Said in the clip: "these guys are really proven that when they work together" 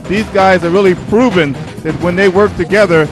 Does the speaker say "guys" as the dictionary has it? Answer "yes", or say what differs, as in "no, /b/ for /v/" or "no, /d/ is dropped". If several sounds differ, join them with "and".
yes